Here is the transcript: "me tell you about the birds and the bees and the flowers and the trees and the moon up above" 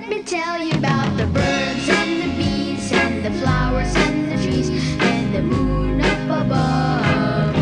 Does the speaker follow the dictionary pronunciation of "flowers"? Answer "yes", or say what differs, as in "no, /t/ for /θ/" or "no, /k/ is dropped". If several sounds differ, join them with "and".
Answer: yes